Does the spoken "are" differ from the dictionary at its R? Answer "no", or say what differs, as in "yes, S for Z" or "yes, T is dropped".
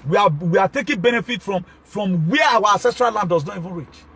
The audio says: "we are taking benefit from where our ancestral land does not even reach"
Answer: yes, W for R